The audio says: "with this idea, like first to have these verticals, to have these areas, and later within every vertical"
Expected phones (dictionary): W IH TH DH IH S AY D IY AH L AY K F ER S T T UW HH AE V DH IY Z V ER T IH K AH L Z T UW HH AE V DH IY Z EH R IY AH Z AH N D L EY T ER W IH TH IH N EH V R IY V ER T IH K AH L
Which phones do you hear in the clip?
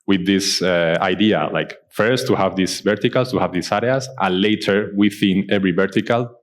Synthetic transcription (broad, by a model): W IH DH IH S AY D IY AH L AY K F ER S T T UW HH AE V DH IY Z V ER T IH K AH L S T UW HH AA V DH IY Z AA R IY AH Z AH N L EY T ER W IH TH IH N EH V R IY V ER T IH K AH L